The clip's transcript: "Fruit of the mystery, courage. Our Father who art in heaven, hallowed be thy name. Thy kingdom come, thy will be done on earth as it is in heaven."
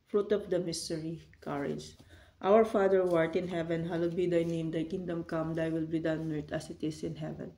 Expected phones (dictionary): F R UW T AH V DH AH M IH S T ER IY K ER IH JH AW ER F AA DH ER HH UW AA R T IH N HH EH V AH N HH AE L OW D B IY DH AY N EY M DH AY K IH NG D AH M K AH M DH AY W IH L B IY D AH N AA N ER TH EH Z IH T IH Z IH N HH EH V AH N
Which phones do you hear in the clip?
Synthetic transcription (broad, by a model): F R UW T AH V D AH M IH S T ER IY K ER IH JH AW ER F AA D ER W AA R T IH N HH EH V AH N HH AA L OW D B IY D AY N EY M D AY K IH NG D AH M K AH M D AY W IH L B IY D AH AA N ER T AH S IH T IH S IH N HH EH V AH N